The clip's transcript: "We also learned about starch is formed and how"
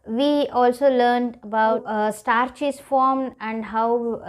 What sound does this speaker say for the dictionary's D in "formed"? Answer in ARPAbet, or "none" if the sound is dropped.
none